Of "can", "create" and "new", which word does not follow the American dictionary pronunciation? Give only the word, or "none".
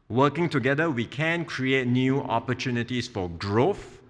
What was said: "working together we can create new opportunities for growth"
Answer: none